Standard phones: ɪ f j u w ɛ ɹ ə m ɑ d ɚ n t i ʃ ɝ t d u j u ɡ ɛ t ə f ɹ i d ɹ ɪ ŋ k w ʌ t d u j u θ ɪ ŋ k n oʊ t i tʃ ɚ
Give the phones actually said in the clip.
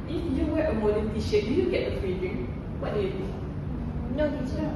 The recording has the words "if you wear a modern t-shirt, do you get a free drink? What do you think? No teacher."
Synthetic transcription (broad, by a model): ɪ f j u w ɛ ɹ ə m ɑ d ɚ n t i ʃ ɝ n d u j u ɡ ɛ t ə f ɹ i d ɪ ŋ w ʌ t d u j u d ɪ n oʊ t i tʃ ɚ